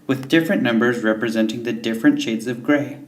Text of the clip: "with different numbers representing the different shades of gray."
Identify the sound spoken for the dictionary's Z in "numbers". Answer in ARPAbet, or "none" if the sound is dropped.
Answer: Z